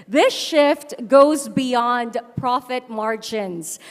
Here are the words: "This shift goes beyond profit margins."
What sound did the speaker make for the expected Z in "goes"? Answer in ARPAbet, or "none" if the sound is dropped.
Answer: Z